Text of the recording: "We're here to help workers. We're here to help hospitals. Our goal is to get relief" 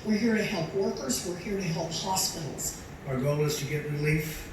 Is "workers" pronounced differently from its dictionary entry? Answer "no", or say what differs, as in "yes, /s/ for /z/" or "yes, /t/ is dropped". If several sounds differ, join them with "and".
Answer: no